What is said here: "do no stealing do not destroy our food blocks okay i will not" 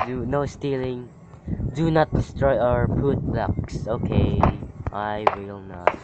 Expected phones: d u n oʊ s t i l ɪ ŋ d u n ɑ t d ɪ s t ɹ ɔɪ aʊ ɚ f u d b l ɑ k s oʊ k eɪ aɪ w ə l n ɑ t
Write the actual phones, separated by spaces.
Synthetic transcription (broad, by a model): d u n oʊ s t i l ɪ ŋ d u n ɑ t d ɪ s t ɹ ɔɪ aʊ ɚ p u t b l ɑ k s oʊ k eɪ aɪ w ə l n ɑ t